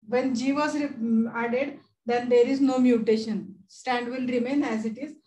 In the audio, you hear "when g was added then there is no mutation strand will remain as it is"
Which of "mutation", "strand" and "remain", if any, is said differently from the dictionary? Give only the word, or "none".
strand